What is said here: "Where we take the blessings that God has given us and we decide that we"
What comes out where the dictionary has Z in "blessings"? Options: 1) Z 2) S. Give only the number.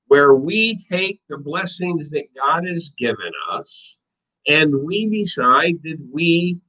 1